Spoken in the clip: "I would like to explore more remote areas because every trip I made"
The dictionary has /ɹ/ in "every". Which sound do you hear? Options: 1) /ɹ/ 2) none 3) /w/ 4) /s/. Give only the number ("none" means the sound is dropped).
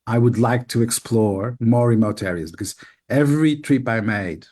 1